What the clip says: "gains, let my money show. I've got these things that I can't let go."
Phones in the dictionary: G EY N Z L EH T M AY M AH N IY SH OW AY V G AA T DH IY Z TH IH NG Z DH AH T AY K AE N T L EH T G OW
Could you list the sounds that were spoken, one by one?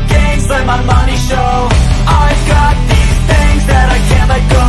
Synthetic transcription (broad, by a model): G EY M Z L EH M AY M AH N IY SH OW AY V G AA T DH IY Z TH IH NG Z DH AH T AY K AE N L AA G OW